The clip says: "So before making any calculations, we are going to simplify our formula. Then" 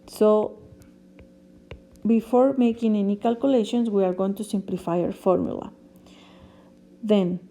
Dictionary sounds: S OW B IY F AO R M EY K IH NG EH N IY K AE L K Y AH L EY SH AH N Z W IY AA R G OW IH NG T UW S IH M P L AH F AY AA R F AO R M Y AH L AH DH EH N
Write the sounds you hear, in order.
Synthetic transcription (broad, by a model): S OW B IY F AO R M EY K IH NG EH N IY K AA L K Y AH L EY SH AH N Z W IY AA R G OW IH NG T UW S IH M P L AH F AY AA R F AO R M Y AH L AH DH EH N